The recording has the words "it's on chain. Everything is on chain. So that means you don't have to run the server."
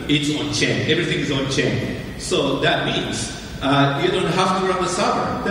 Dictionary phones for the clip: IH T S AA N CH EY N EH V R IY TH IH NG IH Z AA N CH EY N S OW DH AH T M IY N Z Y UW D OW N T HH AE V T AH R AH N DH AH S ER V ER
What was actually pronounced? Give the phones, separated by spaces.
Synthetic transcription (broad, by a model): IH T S AA N CH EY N EH V R IY TH IH NG IH Z AA N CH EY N S OW DH AH T M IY N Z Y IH D OW N T HH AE F T AH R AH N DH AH S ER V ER